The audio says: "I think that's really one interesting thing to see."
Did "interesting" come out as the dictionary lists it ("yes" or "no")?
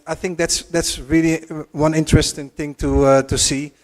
yes